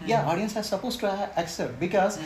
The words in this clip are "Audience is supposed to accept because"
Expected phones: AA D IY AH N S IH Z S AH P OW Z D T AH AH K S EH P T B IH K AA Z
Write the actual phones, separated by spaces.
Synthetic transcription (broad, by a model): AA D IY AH N S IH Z S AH P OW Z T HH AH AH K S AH T B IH K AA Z